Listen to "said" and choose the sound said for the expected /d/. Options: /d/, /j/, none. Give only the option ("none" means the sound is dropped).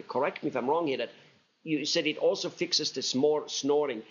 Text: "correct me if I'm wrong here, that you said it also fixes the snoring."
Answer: /d/